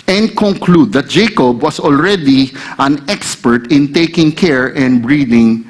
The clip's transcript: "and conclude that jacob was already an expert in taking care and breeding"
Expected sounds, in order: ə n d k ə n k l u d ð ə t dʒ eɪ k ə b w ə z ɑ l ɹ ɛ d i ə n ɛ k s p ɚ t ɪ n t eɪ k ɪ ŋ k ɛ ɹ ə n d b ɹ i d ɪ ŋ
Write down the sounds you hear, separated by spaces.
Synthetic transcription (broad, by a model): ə n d k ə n k l u d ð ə t dʒ eɪ k ə b w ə s ɑ l ɹ ɛ d i ə n ɛ k s p ɚ t ɪ n t eɪ k ɪ ŋ k ɛ ɹ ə n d b ɹ i d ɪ ŋ